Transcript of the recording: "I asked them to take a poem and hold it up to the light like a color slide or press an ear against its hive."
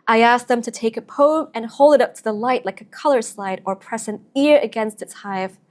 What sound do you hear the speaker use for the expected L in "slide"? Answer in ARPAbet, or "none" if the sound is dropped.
L